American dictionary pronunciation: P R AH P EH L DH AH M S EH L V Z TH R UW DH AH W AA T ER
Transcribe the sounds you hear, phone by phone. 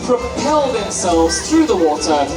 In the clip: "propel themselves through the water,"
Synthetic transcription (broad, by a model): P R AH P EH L DH AH M S EH L V Z TH R UW DH AH W AA T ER